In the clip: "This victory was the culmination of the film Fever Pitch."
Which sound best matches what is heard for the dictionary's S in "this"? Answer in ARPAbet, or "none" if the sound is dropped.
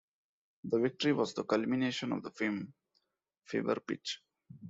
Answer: none